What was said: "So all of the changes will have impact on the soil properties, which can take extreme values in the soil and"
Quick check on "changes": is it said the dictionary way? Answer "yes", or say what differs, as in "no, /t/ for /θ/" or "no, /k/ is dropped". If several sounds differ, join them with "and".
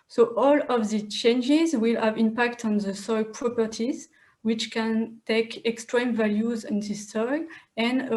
yes